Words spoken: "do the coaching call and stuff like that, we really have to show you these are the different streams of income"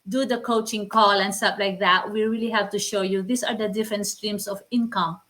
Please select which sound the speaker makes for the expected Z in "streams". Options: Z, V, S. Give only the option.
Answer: S